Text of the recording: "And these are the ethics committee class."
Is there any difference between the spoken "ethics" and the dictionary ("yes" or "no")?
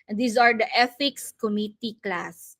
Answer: yes